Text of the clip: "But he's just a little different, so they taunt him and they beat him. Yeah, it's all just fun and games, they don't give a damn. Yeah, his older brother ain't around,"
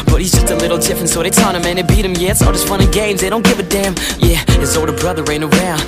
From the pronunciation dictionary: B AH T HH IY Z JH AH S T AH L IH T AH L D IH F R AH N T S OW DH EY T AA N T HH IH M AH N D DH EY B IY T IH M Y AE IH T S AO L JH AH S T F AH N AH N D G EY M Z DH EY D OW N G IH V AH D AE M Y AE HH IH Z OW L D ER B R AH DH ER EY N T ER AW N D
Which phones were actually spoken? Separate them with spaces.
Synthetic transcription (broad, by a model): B AH T HH IY Z JH AH S T AH L IH T L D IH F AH N S OW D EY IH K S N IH M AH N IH B IY T IH M Y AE IH T S AO L JH AH S T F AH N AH G EY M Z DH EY D OW N G IH V AH D AE M Y AE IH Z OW W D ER B R AH DH ER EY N ER AW N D